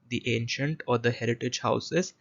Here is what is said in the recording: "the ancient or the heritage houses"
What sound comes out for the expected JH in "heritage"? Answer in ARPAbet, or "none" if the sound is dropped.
JH